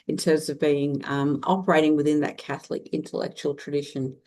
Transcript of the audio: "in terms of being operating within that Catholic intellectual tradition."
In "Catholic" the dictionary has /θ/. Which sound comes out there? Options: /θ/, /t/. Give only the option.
/θ/